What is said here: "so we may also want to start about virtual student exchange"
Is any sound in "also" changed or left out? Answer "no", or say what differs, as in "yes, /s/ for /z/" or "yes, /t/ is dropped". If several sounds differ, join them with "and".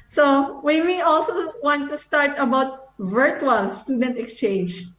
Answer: no